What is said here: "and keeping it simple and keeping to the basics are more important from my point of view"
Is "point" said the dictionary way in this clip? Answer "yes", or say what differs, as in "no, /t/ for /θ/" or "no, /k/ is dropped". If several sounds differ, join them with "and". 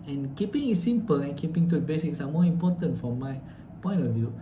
no, /t/ is dropped